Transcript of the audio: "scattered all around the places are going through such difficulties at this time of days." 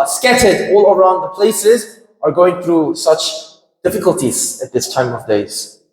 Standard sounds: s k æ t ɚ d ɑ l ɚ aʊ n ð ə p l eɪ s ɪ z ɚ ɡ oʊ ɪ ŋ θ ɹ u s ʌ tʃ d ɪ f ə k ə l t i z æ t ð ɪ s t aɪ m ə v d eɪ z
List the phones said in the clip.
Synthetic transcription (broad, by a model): s k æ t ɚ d ɑ l ɚ aʊ n ð ə p l eɪ s ɪ z ɚ ɡ oʊ ɪ ŋ θ ɹ u s ʌ tʃ d ɪ f ə k ə l t i z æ t ð ɪ s t aɪ m ə v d eɪ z